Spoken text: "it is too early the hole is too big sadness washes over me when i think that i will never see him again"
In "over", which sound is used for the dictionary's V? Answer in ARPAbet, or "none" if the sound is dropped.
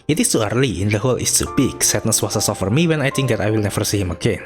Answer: F